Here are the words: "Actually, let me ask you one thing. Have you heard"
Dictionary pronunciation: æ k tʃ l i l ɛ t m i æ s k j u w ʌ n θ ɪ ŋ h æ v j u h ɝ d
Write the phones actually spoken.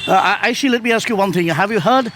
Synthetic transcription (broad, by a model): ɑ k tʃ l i l ɛ t m i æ s k j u w ʌ n θ ɪ ŋ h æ v j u h ɝ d